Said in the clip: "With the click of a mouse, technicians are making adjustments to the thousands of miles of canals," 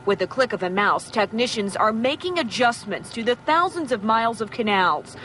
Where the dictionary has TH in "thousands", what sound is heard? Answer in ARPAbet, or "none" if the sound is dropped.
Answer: TH